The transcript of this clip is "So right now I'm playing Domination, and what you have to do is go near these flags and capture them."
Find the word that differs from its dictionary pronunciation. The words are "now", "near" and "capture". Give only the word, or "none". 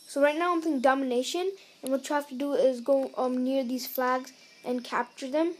none